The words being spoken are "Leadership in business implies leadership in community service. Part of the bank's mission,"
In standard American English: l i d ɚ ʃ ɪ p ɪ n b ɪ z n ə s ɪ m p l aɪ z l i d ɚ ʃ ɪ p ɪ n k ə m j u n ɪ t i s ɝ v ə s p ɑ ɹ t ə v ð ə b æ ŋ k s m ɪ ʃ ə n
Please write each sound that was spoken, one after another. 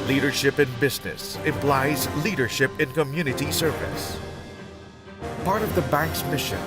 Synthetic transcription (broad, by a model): l i d ɚ ʃ ɪ p ɪ n b ɪ z n ə s ɪ m p l aɪ z l i d ɚ ʃ ɪ p ɪ n k ə m j u n ɪ t i s ɝ v ə s p ɑ ɹ t ə v ð ə b æ ŋ k s m ɪ ʃ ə n